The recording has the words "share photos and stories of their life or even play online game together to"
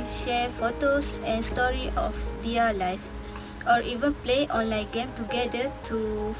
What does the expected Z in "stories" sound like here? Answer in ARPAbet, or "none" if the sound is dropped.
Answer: none